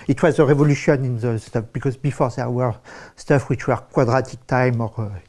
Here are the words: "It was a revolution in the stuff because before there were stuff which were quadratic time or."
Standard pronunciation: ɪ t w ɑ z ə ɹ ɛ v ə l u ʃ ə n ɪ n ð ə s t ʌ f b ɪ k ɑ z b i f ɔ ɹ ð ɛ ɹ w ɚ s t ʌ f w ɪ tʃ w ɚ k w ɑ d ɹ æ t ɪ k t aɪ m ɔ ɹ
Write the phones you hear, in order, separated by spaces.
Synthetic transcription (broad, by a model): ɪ t w ɑ z ə ɹ ɛ v ə l u ʃ ə n ɪ n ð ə s t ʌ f b ɪ k ɑ z b i f ɔ ɹ ð ɛ ɹ w ɚ s t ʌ f w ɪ tʃ w ɚ k w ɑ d ɹ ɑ t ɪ k t aɪ m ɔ ɹ